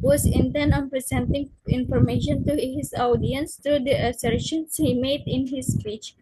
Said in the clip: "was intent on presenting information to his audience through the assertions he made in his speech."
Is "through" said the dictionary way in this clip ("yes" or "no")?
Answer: no